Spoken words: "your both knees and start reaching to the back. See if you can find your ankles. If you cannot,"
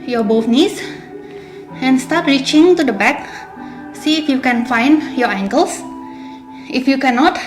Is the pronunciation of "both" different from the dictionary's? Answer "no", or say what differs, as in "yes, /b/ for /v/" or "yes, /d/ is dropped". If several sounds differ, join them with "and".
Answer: yes, /f/ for /θ/